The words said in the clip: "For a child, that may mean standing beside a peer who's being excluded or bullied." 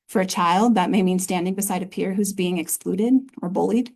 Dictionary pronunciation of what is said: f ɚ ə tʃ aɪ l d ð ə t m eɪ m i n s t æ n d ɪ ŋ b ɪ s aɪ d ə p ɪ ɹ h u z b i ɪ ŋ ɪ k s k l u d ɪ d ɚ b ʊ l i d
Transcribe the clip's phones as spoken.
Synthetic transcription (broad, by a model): f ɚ ə tʃ aɪ l d ð ə t m eɪ m i n s t æ n d ɪ ŋ b ɪ s aɪ d ə p ɪ ɹ h u z b i ɪ ŋ ɪ k s k l u d ɪ d ɚ b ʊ l i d